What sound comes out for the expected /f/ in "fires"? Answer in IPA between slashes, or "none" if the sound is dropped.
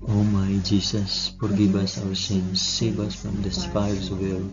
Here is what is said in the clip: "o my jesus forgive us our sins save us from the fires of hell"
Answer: /p/